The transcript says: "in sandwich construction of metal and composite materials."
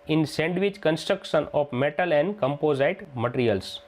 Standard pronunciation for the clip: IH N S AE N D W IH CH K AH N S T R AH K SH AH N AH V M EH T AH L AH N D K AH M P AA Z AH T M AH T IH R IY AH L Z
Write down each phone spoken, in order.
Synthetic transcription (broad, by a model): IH N S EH N D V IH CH K AH N S T R AH K SH AH N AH F M EH T AH L AH N D K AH M P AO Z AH T M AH T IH R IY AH L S